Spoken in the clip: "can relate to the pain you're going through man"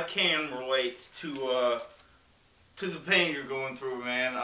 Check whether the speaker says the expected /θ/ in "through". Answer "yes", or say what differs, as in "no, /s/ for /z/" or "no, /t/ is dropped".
yes